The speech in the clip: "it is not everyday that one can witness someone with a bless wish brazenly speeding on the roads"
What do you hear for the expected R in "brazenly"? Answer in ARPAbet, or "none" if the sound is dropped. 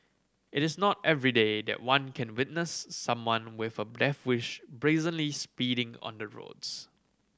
R